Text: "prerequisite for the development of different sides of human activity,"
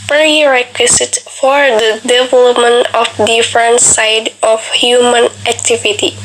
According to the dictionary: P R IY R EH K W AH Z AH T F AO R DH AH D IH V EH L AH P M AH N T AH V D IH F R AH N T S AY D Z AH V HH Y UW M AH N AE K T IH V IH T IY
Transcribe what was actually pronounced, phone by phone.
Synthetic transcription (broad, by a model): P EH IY R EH K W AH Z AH T F AO R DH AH D IH V EH L AH P M AH N T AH F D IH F R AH N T S AY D AH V HH Y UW M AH N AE K T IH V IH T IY